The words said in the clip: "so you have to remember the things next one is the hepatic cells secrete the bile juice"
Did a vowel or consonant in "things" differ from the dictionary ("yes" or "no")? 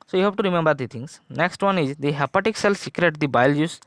yes